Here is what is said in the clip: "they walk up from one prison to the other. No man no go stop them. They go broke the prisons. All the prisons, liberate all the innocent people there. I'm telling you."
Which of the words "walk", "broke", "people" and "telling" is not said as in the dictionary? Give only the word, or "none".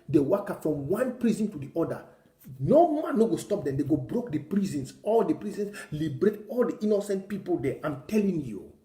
none